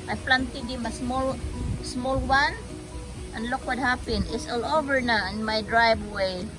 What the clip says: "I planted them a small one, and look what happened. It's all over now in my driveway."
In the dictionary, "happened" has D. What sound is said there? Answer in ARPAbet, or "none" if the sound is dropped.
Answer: none